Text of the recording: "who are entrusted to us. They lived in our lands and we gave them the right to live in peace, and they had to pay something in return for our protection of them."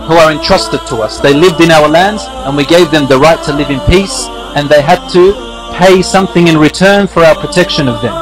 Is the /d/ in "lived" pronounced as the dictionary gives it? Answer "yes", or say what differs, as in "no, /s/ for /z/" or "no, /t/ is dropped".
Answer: yes